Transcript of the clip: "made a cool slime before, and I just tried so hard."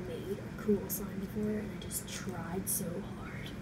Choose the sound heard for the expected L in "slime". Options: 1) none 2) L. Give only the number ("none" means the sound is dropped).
1